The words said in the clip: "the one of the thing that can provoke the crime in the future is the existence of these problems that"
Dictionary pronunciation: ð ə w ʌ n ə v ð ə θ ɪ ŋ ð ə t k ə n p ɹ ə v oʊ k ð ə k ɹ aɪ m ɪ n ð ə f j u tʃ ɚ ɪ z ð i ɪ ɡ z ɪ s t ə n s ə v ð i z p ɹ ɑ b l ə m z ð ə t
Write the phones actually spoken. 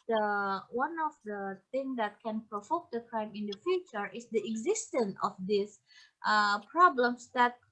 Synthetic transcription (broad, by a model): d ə w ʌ n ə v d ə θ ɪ ŋ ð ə t k ə n p ɹ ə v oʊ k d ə k ɹ aɪ m ɪ n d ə f j u tʃ ɚ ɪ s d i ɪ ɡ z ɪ s t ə n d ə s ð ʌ p ɹ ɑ b l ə m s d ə t